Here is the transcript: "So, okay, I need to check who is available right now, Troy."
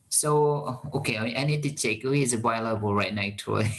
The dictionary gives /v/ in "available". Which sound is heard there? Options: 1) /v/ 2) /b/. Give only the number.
2